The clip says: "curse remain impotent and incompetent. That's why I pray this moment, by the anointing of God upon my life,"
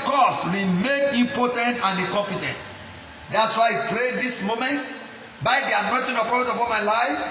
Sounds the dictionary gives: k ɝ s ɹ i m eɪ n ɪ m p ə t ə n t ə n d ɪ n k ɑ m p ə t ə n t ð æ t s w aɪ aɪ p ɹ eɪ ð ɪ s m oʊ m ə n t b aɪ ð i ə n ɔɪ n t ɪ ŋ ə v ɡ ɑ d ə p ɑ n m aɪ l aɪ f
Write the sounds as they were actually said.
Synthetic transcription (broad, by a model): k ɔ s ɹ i m eɪ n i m p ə t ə n t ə n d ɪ k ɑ m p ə t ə n t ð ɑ t s w aɪ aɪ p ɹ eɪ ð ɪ s m oʊ m ə n t b aɪ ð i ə n ɔɪ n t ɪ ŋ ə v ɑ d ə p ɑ l m aɪ l aɪ f